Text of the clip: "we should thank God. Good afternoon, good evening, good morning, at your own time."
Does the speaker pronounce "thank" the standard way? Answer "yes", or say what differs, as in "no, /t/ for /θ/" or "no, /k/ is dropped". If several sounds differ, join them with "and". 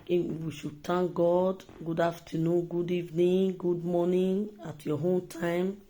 no, /t/ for /θ/